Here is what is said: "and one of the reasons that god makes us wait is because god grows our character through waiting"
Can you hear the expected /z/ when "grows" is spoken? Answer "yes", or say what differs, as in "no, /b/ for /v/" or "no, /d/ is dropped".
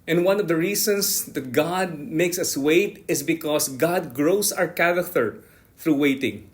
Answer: no, /s/ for /z/